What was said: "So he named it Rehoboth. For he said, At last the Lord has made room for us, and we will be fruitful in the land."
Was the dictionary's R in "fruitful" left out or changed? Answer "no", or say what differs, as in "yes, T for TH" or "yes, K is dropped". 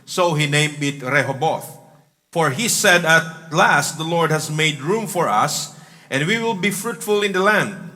no